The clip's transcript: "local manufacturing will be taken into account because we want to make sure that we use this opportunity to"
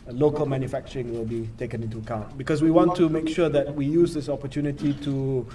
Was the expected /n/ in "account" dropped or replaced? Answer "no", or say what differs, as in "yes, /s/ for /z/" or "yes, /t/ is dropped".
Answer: no